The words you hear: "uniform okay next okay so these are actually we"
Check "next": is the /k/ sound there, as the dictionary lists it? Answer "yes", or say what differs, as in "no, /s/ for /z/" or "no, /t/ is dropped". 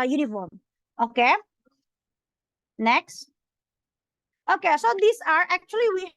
yes